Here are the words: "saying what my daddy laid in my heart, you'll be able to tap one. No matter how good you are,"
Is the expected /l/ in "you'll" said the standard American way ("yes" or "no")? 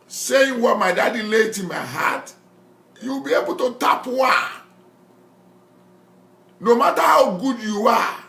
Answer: no